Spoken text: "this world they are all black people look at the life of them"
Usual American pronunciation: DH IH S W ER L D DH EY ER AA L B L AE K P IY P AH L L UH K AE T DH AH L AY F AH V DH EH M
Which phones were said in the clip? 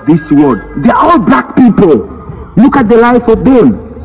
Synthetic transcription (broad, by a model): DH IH S W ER D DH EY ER AA L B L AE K P IY P AH L L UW K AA T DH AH L AY F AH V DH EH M